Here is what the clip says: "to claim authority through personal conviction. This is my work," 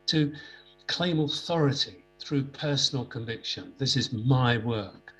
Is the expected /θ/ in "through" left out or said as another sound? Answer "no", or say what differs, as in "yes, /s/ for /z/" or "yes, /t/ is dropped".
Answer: no